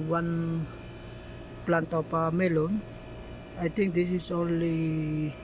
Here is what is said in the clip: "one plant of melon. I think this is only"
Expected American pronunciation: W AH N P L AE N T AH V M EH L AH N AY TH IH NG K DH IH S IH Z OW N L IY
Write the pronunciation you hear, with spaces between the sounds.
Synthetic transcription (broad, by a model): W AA N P L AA N T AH P M EH L AH N AY T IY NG K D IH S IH S OW N L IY